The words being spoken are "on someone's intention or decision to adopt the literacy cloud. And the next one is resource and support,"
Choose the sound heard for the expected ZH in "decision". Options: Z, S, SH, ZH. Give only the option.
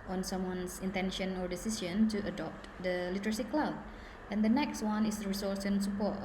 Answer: S